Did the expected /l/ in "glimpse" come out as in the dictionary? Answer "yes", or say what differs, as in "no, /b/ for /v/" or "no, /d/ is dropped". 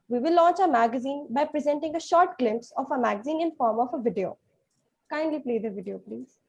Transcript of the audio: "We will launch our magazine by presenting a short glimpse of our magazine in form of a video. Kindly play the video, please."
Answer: yes